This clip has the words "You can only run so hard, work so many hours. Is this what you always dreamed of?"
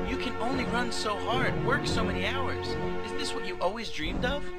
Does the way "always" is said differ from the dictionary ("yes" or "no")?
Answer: no